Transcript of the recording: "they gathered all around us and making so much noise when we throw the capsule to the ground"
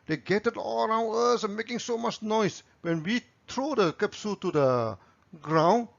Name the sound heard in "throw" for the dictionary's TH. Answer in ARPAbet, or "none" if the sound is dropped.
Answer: T